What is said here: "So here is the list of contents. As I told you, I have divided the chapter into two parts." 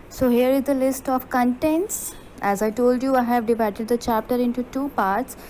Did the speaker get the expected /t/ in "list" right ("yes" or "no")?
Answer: yes